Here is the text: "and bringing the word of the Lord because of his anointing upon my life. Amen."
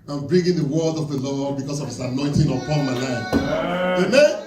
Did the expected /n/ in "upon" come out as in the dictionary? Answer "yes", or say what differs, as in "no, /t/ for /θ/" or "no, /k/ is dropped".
no, /l/ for /n/